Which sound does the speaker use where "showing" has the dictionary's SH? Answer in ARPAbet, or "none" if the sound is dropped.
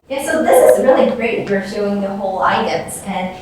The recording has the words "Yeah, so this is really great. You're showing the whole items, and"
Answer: S